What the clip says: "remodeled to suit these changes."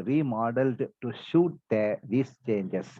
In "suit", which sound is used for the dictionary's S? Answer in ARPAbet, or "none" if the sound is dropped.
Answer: SH